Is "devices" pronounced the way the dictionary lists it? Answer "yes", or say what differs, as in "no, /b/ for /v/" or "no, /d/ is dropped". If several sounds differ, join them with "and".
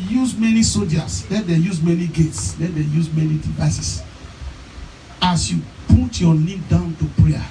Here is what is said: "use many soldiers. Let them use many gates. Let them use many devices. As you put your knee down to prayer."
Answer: no, /s/ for /z/